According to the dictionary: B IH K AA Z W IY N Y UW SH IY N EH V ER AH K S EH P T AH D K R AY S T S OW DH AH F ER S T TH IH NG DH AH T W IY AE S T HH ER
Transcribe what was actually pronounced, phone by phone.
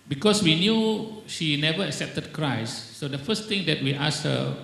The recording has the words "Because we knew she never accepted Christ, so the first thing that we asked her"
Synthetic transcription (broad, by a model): B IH K AA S W IY N Y UW SH IY N EH V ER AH K S EH P T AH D K R AY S S OW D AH F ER S T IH NG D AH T W IY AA S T HH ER